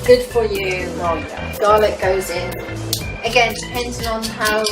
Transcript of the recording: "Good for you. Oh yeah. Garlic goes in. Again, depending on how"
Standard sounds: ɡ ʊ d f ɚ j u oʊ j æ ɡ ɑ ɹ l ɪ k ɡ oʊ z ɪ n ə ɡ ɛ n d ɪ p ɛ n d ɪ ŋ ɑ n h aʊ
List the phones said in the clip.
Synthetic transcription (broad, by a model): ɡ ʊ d f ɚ j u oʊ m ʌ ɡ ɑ l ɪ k ɡ oʊ z ɪ n ə ɡ ɛ n d ɪ p ɛ n d ɪ ŋ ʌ n h aʊ